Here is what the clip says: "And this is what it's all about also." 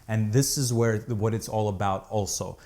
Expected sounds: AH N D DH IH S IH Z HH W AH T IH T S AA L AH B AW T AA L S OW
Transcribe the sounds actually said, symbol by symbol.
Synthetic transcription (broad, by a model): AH N DH IH S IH Z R W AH T IH T S AA L AH B AW T AA L S OW